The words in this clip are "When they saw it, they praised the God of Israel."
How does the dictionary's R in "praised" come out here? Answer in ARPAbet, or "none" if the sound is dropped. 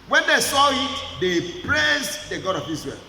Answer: L